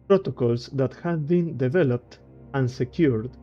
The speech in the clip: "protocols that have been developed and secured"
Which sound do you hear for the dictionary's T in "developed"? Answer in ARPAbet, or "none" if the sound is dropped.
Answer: T